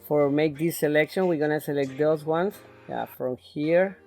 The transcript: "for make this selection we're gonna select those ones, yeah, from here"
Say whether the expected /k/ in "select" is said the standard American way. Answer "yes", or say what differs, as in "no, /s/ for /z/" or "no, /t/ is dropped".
yes